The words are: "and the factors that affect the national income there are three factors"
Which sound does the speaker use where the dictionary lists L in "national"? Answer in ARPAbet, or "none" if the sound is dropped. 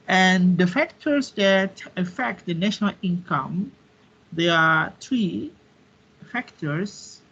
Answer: L